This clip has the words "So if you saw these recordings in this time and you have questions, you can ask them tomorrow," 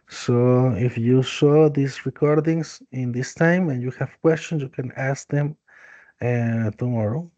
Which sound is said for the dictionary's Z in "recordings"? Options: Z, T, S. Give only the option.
S